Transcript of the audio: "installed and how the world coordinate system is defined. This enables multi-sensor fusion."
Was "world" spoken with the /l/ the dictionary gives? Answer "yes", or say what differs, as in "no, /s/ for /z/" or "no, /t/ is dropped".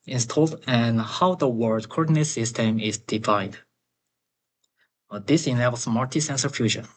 no, /l/ is dropped